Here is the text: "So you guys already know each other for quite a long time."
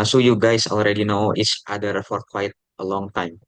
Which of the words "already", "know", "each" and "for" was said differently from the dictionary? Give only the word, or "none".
each